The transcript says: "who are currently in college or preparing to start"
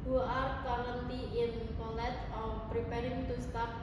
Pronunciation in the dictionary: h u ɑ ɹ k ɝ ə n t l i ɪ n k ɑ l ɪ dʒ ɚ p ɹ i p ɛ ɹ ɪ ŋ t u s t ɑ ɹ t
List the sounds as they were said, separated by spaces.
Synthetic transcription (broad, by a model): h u ɑ ɹ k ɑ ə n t i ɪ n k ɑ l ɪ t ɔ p ɹ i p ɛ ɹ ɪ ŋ t u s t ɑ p